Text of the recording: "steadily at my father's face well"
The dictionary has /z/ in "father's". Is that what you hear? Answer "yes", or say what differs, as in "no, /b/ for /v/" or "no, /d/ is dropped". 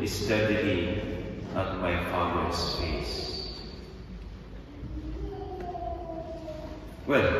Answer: no, /s/ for /z/